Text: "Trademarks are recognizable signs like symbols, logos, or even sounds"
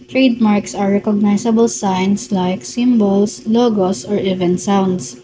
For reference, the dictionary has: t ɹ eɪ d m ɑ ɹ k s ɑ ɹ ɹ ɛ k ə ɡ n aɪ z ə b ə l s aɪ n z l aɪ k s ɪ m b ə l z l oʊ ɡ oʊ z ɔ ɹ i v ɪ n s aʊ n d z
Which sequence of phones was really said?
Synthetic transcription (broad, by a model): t ɹ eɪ d m ɑ ɹ k s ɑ ɹ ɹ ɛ k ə ɡ n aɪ s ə b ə l s aɪ n s l aɪ k s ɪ m b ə l s l oʊ ɡ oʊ s ɔ ɹ i v ɪ n s aʊ n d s